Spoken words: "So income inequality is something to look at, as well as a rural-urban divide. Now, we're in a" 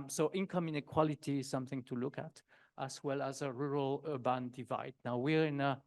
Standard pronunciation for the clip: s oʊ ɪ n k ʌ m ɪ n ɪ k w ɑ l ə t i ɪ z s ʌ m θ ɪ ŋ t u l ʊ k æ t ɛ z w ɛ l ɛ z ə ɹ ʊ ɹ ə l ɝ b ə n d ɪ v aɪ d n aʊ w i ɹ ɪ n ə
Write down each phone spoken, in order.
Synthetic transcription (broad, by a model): s oʊ ɪ n k ʌ m ɪ n ɪ k w ɑ l ə t i ɪ z s ʌ m θ ɪ ŋ t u l ʊ k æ t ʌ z w ɛ l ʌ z ə ɹ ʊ ɹ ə l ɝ b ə n d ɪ v aɪ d n aʊ w i ɹ ɪ n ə